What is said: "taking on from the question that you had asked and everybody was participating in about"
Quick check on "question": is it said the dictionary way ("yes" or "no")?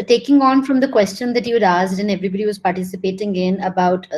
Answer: yes